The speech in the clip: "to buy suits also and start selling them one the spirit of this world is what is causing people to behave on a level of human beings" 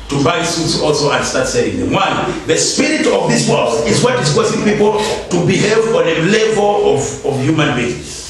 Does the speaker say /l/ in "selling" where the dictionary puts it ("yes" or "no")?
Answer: no